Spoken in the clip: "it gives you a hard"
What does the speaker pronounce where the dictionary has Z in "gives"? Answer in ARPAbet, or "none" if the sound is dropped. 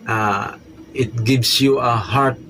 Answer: S